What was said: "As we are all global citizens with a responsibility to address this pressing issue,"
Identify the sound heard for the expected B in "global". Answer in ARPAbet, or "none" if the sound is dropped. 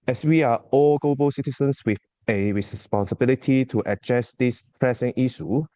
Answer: B